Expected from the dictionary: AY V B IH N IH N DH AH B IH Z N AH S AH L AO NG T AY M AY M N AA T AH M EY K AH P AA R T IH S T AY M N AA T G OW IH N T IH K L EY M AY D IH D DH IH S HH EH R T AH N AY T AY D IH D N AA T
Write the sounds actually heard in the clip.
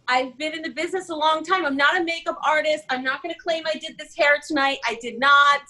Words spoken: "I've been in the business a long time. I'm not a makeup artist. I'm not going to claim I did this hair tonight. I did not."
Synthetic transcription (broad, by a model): AY V B IH N IH N DH AH B IH Z N AH S AH L AO NG T AY M AY M N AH T AH M EY K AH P AA R T IH S T AY M N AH T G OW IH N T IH K L EY M AY D IH D DH IH S HH EH R T AH N AY T AY D IH D N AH T